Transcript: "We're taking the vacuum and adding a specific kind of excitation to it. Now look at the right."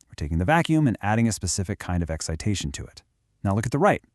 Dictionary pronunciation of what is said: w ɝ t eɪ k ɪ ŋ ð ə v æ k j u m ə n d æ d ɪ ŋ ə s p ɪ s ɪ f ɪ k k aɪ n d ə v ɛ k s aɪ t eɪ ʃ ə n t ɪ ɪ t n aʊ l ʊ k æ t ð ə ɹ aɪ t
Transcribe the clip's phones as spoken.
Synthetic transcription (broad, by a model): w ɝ t eɪ k ɪ ŋ ð ə v æ k j u m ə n æ d ɪ ŋ ə s p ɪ s ɪ f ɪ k k aɪ n d ə v ɛ k s aɪ t eɪ ʃ n t ɪ ɪ t n aʊ l ʊ k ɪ t ð ə ɹ aɪ t